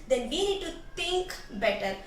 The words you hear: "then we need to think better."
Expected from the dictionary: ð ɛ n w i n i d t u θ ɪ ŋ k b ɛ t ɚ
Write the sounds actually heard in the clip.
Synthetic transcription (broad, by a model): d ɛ n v i n i d t u t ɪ ŋ k b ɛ t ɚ